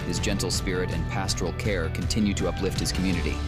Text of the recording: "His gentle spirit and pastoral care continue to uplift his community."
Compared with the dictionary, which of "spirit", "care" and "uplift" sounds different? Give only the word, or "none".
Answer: none